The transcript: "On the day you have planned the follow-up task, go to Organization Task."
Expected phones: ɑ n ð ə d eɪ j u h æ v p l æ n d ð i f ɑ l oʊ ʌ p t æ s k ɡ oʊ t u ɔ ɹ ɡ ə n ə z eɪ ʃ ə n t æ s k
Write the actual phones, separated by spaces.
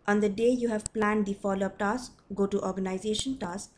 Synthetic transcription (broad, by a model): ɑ n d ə d eɪ j u h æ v p l æ n d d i f ɑ l oʊ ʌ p t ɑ s k ɡ oʊ t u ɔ ɹ ɡ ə n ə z eɪ ʃ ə n t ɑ s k